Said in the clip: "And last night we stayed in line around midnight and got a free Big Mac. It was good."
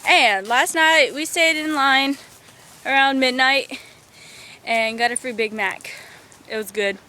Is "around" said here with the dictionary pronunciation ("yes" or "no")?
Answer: yes